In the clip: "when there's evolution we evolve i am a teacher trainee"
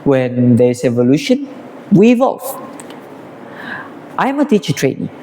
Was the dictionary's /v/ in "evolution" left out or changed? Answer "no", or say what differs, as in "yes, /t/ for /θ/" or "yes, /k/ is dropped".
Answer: no